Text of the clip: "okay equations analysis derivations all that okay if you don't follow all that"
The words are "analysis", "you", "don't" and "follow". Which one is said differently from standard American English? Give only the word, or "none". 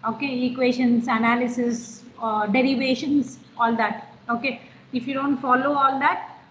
none